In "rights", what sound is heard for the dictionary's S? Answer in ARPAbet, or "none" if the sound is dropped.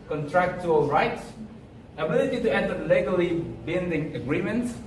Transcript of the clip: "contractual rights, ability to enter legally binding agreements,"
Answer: S